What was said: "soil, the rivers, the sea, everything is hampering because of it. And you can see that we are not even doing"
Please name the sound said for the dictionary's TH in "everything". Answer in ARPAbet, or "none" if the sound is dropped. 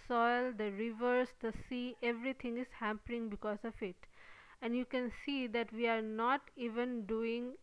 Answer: T